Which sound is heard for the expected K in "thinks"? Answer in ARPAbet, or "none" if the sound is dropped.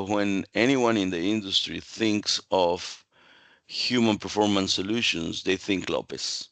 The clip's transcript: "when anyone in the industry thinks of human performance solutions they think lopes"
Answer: K